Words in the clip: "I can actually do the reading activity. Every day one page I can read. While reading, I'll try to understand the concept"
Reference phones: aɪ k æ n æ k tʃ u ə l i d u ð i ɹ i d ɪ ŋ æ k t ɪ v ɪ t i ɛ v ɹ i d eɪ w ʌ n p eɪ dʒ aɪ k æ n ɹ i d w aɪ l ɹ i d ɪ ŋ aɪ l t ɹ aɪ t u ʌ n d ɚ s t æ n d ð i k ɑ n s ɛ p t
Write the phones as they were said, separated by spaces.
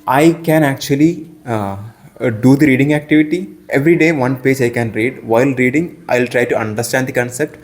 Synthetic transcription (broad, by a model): aɪ k æ n æ k tʃ u ə l i d u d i ɹ i d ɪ ŋ æ k t ɪ v ɪ t i ɛ v ɹ i d eɪ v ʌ n p eɪ dʒ aɪ k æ n ɹ i d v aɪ l ɹ i d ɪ ŋ aɪ l t ɹ aɪ t u ʌ n d ɚ s t æ n d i k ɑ n s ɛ p t